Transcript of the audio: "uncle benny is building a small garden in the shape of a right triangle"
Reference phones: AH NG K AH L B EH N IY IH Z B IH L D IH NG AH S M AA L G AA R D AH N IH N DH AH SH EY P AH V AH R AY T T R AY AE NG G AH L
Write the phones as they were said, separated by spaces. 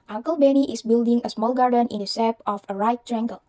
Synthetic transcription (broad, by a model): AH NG K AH L B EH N IY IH S B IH L D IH NG AH S M AA L G AA R D AH N IH N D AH S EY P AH F AH R AY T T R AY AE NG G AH L